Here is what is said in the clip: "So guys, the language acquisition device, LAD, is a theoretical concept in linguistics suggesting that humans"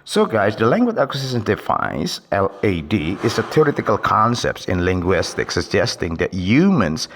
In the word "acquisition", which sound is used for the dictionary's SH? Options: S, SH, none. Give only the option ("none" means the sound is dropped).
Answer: S